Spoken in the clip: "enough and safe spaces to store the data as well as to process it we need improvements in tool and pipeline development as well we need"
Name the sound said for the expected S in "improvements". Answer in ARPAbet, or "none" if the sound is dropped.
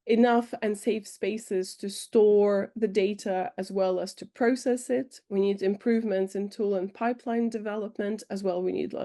S